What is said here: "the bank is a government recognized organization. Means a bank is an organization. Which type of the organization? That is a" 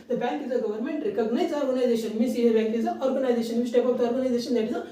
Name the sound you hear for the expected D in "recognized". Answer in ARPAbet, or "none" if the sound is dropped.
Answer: none